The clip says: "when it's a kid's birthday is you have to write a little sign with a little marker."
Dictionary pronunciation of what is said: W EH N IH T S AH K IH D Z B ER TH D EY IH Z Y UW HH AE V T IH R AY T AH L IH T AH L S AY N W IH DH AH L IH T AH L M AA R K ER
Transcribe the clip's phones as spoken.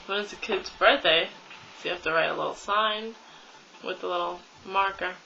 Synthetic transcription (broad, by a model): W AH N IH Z AH K IH D Z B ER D EY IH S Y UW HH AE F T IH R AY T AH L IH T L S AY N W IH DH AH L IH T L M AA R K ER